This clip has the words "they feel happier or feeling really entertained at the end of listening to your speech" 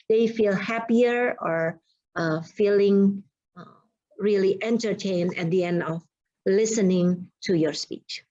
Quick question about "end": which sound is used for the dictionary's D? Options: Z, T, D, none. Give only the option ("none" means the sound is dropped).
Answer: D